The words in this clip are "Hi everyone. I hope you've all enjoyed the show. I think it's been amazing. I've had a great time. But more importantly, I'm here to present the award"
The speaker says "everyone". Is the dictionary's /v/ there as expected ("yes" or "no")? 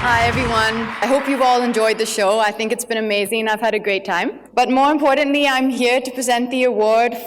yes